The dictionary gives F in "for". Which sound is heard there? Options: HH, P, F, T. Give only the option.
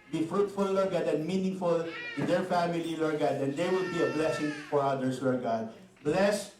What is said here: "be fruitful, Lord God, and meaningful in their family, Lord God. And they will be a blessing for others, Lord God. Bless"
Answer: F